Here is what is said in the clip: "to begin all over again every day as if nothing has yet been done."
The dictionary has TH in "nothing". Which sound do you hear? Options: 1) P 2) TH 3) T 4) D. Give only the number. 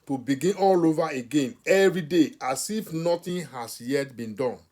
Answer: 3